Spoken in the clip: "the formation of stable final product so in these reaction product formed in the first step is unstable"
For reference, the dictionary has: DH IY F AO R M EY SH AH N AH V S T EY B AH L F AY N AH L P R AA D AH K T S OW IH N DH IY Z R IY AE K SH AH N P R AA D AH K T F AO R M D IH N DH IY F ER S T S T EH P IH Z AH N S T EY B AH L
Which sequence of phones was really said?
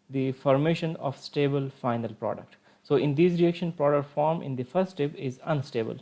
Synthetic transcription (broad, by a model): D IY F AO R M EY SH AH N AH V S T EY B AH L F AY N AH L P R AA D AH K T S OW IH N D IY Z R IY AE K SH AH N P R AA D AH K T F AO R M IH N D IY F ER T S T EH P IH Z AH N S T EY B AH L